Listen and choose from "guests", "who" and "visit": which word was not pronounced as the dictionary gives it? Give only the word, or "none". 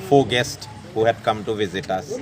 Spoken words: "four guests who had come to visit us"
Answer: none